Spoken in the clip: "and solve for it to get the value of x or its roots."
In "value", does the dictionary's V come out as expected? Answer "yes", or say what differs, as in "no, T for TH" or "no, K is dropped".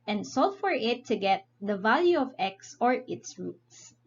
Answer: yes